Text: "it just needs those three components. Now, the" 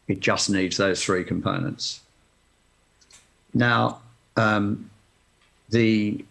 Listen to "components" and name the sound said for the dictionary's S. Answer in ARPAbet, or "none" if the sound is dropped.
S